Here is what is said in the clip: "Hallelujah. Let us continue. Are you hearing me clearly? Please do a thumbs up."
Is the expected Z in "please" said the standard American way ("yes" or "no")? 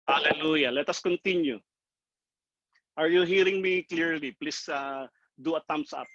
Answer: no